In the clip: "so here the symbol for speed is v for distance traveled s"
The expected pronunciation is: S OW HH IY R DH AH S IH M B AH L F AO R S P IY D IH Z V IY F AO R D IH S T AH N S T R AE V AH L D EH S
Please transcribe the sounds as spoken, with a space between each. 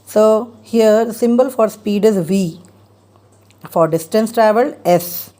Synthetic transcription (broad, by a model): S OW HH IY R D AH S IH M B AH L F AO R S P IY D IH Z V IY F AO R D IH S T AH N S T R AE V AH L EH S